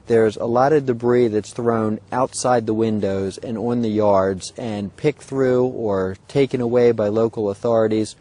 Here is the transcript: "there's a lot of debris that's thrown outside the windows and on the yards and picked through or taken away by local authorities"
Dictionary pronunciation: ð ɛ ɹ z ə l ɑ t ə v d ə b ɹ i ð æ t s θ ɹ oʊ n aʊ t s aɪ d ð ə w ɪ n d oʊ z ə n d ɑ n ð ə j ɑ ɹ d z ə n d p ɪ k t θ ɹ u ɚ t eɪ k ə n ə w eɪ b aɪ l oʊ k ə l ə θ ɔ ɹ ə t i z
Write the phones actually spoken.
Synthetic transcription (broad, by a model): ð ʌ ɹ z ə l ɑ t ə v d ə b ɹ i ð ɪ t s θ ɹ oʊ n aʊ t s aɪ d ð ə w ɪ n d oʊ z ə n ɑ n ð ə j ɑ ɹ d z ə n p ɪ k θ ɹ u ɚ t eɪ k ə n ə w eɪ b aɪ l oʊ k l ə θ ɔ ɹ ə t i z